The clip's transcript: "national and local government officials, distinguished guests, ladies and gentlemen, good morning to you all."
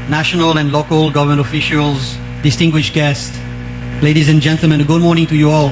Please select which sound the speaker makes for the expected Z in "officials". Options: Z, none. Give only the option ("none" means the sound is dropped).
Z